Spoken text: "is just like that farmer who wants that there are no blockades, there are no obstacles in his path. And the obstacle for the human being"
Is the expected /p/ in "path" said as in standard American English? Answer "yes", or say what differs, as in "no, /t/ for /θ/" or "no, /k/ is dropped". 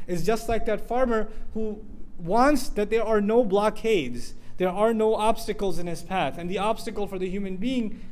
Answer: yes